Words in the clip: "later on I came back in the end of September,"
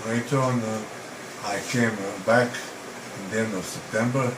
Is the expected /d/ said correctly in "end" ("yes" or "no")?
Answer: no